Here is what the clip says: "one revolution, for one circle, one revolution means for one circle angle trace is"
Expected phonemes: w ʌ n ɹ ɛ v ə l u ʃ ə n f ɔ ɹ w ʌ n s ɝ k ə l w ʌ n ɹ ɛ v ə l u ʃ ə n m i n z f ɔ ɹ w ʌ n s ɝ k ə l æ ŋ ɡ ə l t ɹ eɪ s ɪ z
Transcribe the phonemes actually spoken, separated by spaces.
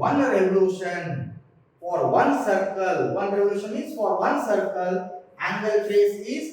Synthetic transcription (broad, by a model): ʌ n ɹ ɛ v ə l u ʃ ə n f ɔ ɹ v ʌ n s ɝ k ə l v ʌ n ɹ ɛ v ə l u ʃ ə n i z f ɔ ɹ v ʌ n s ɝ k ə l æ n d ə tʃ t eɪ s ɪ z